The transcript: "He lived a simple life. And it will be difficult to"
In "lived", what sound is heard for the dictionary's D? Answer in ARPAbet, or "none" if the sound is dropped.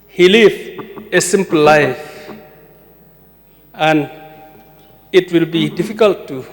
none